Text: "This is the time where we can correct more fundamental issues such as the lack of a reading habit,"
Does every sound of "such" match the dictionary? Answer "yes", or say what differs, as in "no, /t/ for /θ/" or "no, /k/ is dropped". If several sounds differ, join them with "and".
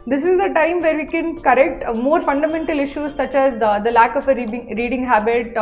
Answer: yes